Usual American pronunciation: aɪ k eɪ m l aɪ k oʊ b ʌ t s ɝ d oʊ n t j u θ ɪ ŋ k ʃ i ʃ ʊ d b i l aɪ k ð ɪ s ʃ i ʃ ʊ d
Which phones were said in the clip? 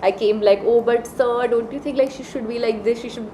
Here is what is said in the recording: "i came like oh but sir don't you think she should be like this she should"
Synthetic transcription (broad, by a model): aɪ k eɪ m l aɪ k oʊ b ʌ t s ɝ d oʊ n t j u t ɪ ŋ k ʃ i ʃ ʊ d b i l aɪ k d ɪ s ʃ i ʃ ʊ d